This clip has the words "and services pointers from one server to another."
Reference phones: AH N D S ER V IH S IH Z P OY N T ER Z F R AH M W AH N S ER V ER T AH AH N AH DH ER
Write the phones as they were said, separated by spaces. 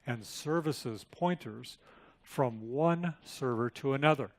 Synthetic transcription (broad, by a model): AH N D S ER V IH S IH Z P OY N T ER Z F R AH M W AH N S ER V ER T AH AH N AH DH ER